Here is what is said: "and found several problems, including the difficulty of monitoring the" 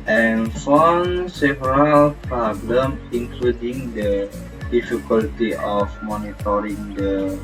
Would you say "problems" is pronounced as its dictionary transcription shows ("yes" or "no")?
no